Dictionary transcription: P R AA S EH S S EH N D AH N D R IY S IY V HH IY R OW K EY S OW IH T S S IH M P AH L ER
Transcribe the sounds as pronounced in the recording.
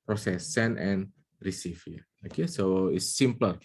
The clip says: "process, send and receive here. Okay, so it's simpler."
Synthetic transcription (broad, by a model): P R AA S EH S S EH N AH N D R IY S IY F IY OW K EY S OW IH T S S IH M P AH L